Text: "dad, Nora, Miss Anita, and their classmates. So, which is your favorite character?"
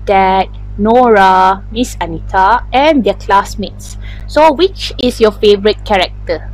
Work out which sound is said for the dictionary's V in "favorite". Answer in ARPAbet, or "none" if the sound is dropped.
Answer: V